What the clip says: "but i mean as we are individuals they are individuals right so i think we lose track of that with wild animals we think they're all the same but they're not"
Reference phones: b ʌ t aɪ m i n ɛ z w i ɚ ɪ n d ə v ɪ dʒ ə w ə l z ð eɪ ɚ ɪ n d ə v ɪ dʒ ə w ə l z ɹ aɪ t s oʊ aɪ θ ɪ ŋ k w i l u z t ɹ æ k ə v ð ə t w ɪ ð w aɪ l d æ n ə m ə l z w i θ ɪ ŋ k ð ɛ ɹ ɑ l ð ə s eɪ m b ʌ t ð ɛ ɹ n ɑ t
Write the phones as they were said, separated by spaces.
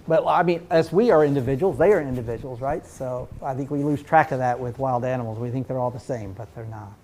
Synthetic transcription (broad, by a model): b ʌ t aɪ m i n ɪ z w i ɚ ɪ n d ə v ɪ dʒ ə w l z ð eɪ ɚ ɪ n d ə v ɪ dʒ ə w l z ɹ aɪ t s oʊ aɪ θ ɪ ŋ k w i l u z t ɹ æ k ə v ð ə t w ɪ ð w aɪ l d æ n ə m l z w i θ ɪ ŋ k ð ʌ ɹ ɑ l ð ə s eɪ m b ʌ t ð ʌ ɹ n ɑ t